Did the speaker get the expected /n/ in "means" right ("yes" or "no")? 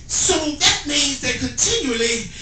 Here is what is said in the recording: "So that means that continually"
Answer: no